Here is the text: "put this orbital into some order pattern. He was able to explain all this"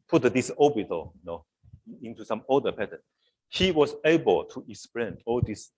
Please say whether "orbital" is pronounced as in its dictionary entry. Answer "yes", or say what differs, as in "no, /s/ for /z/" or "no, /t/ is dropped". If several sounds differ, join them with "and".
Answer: no, /n/ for /l/